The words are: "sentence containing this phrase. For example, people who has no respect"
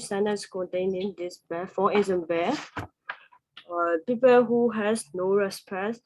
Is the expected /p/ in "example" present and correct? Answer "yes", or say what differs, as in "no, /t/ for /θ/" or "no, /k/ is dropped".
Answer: no, /b/ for /p/